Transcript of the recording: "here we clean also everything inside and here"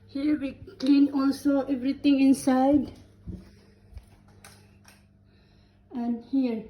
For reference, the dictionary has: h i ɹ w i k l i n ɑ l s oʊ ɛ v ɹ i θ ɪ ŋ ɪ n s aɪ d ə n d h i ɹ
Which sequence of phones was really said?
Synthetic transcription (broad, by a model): h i ɹ w i k l i n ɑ l s oʊ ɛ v ɹ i t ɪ ŋ ɪ n s aɪ d ə n d h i ɹ